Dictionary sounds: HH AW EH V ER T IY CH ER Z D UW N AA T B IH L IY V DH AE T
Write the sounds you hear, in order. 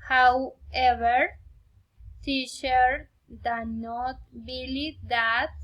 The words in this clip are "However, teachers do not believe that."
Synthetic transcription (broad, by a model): HH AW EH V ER S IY SH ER D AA N AA T B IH L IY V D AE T